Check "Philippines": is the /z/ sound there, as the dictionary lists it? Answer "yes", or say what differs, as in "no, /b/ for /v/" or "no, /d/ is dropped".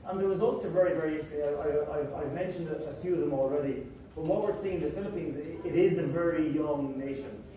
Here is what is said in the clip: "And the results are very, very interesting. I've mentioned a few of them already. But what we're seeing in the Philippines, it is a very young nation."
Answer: yes